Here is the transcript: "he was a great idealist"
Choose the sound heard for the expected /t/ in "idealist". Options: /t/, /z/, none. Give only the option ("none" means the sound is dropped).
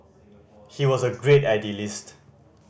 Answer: /t/